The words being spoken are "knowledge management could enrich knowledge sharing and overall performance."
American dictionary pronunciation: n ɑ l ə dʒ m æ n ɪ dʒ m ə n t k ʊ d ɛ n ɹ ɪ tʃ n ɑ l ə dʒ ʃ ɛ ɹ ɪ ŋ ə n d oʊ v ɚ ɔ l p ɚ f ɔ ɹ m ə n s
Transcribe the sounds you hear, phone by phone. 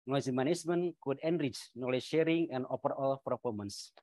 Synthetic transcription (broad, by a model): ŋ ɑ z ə m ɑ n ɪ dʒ m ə n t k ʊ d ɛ n ɹ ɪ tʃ n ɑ l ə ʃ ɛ ɹ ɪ ŋ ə n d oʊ p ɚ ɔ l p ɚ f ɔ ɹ m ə n s